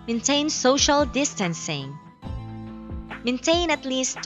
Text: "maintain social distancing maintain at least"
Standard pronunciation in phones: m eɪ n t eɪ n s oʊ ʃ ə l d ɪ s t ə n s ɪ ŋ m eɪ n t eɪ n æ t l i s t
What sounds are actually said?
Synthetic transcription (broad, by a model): m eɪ n t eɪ n s oʊ ʃ ə l d ɪ s t ə n s ɪ ŋ m eɪ n t eɪ n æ t l i s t